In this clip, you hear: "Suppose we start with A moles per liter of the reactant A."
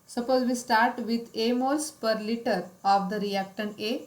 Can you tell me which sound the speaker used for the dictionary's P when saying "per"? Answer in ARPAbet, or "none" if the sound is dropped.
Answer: P